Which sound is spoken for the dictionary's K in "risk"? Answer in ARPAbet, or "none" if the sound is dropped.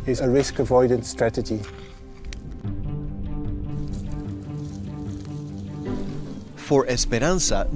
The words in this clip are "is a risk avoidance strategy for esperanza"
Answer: K